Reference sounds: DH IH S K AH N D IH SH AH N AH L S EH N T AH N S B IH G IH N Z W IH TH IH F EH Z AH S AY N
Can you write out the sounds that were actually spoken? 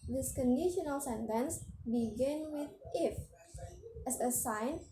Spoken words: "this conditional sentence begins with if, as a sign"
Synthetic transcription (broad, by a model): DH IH S K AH N D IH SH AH N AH L S EH N T AH N S B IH G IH N W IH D IH F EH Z AH S AY N